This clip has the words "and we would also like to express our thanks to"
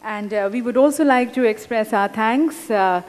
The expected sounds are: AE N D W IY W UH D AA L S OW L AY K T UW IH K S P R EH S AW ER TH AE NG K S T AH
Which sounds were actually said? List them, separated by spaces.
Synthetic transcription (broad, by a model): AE N D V IY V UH D AA L S OW L AY K T UW IH K S P R EH S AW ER T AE NG K S